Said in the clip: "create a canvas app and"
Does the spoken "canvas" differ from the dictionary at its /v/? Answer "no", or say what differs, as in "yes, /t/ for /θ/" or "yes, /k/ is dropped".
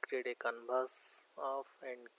yes, /b/ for /v/